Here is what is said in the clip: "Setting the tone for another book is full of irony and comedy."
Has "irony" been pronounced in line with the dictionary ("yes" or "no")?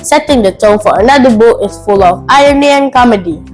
no